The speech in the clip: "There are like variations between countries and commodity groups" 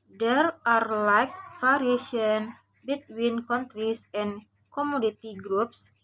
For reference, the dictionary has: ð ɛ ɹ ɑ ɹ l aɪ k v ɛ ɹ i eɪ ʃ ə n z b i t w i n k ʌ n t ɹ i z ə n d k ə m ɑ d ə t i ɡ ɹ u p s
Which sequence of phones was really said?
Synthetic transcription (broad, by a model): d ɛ ɹ ɑ ɹ l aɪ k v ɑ ɹ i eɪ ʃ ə n b i t w i n k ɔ n t ɹ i s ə n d k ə m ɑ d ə t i ɡ ɹ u p s